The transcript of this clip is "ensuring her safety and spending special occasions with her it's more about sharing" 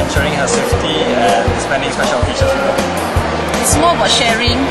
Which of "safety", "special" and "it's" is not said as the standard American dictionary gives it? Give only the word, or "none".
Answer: special